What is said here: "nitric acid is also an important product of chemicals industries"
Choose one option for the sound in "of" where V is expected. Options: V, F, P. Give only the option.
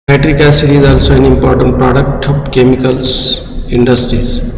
P